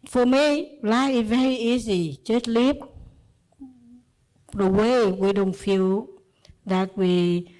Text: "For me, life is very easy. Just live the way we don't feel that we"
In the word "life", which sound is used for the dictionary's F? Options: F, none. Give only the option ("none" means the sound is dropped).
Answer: none